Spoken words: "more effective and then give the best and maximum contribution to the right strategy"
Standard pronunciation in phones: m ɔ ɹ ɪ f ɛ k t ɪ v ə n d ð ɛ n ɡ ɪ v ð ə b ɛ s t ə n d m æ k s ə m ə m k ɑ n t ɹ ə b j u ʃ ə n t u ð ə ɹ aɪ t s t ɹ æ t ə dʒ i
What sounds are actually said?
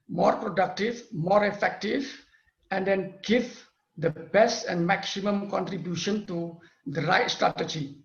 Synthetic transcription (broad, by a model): m ɔ ɹ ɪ f ɛ k t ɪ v ə n d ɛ n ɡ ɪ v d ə b ɛ s t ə n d m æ k s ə m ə m k ɑ n t ɹ ə b j u ʃ ə n t u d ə ɹ aɪ t s t ɹ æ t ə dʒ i